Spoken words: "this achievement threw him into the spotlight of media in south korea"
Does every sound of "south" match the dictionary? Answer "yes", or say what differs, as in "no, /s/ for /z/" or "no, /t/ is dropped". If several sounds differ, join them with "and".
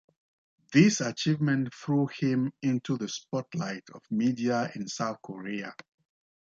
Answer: yes